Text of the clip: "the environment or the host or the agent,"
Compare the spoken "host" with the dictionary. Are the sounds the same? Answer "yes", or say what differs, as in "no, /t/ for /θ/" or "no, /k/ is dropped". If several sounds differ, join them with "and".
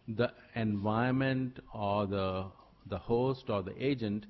yes